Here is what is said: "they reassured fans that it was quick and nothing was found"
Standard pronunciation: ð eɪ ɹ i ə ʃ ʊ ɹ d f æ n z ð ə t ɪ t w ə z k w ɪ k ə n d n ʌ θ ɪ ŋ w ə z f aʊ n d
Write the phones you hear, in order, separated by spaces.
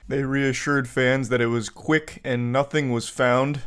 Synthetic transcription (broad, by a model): ð eɪ ɹ i ə ʃ ʊ ɹ d f æ n z ð ə t ɪ t w ə z k w ɪ k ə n n ʌ θ ɪ ŋ w ə z f aʊ n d